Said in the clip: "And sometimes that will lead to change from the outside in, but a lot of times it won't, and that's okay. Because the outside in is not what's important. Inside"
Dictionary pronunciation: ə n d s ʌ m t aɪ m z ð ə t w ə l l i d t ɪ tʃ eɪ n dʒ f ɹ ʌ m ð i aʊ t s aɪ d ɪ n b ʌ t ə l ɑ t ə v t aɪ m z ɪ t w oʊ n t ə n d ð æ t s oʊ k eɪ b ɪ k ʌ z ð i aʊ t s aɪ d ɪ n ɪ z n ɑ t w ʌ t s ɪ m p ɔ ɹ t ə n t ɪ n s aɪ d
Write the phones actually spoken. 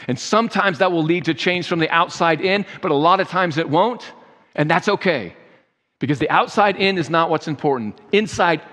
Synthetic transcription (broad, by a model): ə n s ʌ m t aɪ m z ð ə t w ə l l i d t ɪ tʃ eɪ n ʒ f ɹ ʌ m ð i aʊ t s aɪ d ɪ n b ʌ t ə l ɑ t ə v t aɪ m z ɪ t w oʊ n t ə n ð æ t s oʊ k eɪ b ɪ k ʌ z ð i aʊ t s aɪ d ɪ n ɪ z n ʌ t w ʌ t s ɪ m p ɔ ɹ t n t ɪ n s aɪ d